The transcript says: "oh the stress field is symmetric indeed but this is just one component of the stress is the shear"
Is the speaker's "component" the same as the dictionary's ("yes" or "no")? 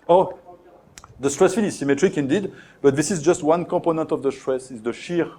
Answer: no